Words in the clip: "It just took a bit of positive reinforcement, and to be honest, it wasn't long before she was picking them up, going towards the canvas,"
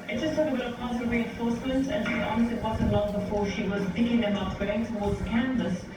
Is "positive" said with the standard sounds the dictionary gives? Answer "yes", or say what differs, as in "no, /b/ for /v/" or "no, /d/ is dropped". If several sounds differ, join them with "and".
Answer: no, /s/ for /t/